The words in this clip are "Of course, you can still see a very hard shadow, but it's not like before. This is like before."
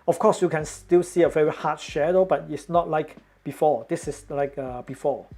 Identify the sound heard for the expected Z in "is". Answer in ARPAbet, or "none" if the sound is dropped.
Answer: S